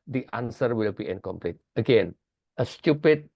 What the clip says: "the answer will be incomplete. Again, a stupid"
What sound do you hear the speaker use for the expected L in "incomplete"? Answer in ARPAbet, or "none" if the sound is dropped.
L